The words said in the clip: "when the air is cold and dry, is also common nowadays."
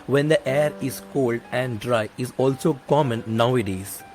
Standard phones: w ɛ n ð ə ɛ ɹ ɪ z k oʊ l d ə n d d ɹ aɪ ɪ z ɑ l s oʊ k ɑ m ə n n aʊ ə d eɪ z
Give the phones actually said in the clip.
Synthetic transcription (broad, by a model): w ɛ n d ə ɛ ɹ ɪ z k oʊ l d ə n d d ɹ aɪ ɪ z ɑ l s oʊ k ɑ m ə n n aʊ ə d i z